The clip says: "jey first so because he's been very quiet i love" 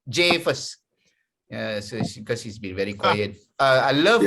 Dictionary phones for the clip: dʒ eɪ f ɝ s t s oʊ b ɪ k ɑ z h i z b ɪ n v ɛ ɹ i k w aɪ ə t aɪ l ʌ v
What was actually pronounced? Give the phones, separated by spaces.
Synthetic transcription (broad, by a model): dʒ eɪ f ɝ s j s oʊ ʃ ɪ k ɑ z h i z b ɪ n v ɛ ɹ i k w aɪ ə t aɪ l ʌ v